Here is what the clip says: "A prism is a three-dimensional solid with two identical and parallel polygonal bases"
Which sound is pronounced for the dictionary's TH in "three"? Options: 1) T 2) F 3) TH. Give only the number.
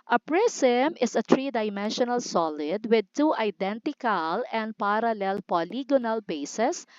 1